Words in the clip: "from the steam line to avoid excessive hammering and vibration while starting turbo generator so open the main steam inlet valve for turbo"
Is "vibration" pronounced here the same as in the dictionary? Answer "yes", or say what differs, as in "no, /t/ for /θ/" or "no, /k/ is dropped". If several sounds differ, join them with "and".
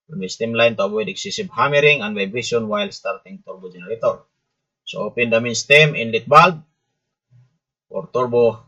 no, /ɹ/ is dropped